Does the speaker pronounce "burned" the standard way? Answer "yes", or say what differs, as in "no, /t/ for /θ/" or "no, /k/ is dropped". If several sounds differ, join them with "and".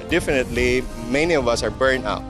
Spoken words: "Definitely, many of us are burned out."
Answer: no, /d/ is dropped